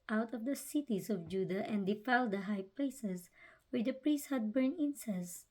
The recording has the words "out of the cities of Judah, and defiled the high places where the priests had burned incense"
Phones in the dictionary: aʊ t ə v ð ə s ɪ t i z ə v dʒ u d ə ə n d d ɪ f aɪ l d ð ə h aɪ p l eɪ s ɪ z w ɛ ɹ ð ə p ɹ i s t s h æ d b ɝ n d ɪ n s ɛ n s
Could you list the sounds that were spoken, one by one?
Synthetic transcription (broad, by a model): aʊ t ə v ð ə s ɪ t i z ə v dʒ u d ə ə n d d ɪ f aɪ l d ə h aɪ p l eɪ s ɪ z w ɛ ɹ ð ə p ɹ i s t h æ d b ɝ n ɪ n s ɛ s